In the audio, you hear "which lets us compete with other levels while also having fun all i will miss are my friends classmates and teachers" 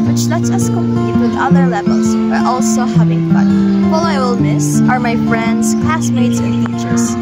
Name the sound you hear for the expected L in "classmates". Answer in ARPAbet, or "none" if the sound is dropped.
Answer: none